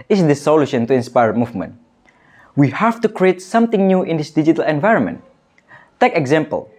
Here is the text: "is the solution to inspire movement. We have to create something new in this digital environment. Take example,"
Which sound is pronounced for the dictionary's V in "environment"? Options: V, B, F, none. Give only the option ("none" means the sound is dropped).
V